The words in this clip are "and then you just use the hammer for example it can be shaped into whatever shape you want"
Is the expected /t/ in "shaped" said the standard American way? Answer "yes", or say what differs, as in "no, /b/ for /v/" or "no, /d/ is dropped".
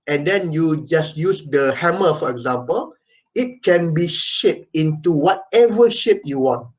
no, /t/ is dropped